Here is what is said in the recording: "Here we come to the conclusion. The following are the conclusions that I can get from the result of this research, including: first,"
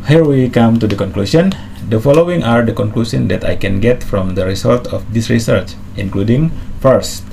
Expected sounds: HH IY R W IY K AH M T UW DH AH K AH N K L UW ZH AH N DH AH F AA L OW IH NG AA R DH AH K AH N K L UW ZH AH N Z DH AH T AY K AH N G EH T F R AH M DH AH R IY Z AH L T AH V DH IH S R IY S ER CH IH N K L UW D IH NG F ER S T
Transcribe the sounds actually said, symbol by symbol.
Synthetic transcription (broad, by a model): HH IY R W IY K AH M T UW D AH K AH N K L UW SH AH N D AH F AA L OW IH NG AA R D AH K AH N K L UW S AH N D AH T AY K AH N G EH T F R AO M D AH R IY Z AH L T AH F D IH S R IY S ER CH IH N K L UW D IH NG F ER S T